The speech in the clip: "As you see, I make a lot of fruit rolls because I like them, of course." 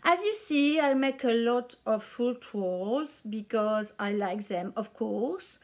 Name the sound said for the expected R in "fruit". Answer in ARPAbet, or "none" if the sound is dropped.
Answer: none